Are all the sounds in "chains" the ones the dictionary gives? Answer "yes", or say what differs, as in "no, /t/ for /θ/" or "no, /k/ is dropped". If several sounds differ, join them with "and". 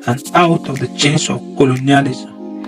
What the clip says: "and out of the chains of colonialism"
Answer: no, /s/ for /z/